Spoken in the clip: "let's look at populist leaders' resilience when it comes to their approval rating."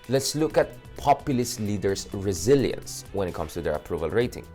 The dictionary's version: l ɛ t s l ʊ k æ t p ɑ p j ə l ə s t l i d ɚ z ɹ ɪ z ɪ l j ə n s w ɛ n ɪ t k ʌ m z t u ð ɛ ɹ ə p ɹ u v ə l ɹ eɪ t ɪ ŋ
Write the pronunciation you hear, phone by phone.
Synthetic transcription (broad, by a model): l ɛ t s l ʊ k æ t p ɑ p j ə l ə s t l i d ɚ s ɹ ɪ z ɪ l j ə n s w ɛ n ɪ t k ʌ m s t u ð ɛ ɹ ə p ɹ u v ə l ɹ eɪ t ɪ ŋ